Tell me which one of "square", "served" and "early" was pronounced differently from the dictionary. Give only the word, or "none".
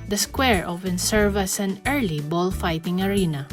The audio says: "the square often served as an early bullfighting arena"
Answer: served